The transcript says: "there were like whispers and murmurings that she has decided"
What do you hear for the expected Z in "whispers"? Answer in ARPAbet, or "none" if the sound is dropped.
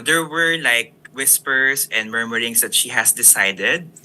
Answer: S